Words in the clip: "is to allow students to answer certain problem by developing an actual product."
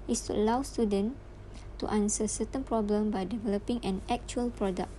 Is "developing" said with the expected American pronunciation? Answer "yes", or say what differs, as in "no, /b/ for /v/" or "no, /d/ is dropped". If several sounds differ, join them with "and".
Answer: yes